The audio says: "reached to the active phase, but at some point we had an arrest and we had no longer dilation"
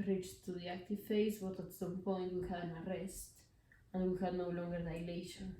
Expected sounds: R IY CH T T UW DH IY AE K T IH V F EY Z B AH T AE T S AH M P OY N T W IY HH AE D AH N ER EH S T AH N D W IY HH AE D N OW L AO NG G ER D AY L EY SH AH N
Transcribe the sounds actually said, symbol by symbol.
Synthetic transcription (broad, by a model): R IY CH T T UW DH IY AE K T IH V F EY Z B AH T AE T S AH P OY N T W IY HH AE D AH N ER EH S T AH N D W IY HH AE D N OW L AO NG G ER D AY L EY SH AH N